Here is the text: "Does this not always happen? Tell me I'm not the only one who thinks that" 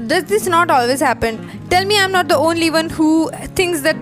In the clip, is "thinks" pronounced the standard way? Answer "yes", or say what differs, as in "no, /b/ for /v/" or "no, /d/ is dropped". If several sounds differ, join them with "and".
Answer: no, /t/ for /θ/